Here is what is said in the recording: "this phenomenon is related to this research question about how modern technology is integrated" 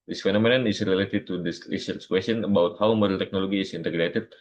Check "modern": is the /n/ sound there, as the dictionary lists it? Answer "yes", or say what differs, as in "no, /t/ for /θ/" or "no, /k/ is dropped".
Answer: no, /l/ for /n/